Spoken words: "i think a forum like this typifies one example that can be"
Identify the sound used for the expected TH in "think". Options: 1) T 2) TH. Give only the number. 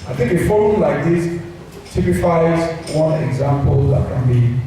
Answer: 1